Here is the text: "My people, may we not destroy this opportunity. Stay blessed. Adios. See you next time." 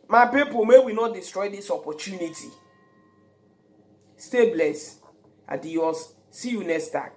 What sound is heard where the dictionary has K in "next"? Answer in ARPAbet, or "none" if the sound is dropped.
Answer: none